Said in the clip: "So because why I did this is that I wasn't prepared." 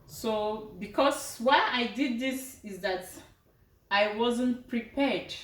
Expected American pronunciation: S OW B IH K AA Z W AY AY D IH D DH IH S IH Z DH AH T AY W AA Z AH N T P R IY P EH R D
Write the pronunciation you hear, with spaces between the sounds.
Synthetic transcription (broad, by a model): S OW B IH K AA S W AY AY D IH D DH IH S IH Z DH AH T AY W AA Z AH N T P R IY P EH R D